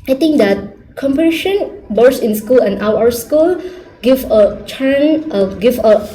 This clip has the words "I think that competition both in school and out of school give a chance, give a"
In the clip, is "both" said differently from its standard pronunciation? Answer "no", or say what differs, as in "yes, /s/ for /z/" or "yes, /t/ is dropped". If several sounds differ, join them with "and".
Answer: yes, /s/ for /θ/